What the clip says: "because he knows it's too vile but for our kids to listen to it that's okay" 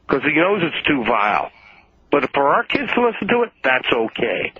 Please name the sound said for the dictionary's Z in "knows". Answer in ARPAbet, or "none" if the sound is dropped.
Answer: Z